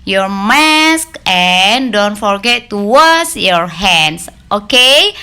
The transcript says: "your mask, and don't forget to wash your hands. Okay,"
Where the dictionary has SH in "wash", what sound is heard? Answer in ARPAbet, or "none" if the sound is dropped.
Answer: S